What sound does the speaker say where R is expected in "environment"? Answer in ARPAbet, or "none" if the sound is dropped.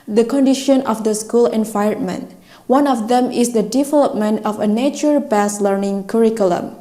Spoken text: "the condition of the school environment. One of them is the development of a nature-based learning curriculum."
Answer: none